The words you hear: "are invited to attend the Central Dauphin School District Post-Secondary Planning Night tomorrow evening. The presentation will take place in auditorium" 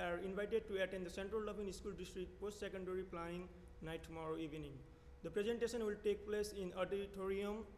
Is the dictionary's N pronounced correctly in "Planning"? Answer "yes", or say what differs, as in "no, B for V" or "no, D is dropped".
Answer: no, N is dropped